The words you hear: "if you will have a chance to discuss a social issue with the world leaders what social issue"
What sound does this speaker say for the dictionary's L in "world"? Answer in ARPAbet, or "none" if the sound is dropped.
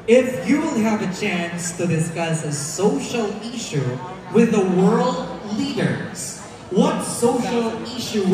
L